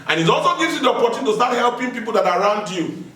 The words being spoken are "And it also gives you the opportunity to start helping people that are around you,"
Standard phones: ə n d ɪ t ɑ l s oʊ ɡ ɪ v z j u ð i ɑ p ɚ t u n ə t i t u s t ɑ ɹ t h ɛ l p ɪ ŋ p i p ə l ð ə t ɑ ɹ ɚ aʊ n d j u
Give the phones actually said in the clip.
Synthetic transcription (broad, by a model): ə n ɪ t ɑ l s oʊ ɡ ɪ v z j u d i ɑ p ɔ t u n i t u s t ɑ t h ɛ l p ɪ ŋ p i p ə l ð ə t ɑ ɹ aʊ n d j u